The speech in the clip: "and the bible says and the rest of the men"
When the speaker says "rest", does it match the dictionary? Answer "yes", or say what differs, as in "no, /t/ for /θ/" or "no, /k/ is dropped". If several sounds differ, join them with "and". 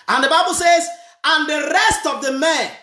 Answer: yes